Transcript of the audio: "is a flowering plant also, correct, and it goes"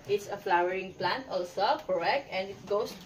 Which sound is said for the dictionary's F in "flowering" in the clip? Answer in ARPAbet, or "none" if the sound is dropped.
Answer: F